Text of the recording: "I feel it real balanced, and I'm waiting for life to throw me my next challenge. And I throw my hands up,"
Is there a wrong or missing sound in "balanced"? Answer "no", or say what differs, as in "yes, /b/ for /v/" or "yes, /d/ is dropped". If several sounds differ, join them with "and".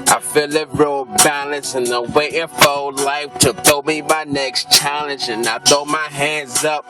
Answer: yes, /t/ is dropped